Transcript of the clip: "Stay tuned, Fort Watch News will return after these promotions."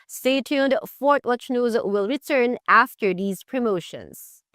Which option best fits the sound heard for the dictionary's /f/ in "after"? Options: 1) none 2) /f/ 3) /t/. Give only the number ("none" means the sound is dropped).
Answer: 2